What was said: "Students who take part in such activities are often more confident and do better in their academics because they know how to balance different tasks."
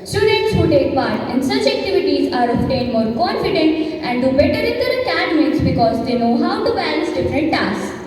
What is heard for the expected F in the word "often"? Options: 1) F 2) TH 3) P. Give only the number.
3